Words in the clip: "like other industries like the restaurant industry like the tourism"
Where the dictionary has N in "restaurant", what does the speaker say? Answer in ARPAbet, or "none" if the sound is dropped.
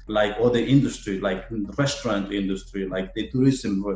N